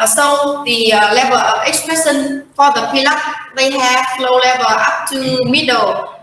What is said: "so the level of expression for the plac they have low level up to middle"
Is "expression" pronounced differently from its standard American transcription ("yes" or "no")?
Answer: yes